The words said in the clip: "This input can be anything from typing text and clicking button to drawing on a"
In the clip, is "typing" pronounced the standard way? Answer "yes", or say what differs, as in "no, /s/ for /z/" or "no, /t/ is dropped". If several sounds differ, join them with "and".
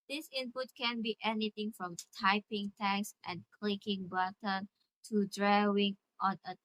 yes